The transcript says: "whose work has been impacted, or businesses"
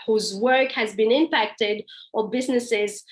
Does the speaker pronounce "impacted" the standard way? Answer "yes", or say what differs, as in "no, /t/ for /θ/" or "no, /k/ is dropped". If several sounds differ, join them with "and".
yes